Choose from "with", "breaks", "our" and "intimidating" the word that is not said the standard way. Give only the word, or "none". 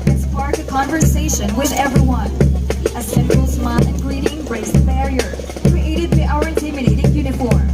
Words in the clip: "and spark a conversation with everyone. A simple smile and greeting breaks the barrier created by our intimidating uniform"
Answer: breaks